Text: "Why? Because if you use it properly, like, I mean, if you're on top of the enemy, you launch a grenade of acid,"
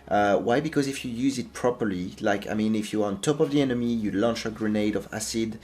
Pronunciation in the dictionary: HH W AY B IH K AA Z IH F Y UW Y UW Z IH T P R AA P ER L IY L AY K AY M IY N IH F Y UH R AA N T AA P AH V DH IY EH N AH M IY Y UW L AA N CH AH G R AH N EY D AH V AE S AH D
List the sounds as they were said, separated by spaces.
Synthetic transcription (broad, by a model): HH W AY B IH K AA Z IH F Y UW Y UW Z IH T P R AA P ER L IY L AY K AY M IY N IH F Y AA R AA N T AA P AH V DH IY EH N AH M IY Y UW L AA N CH AH G R AH N EY D AH V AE S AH D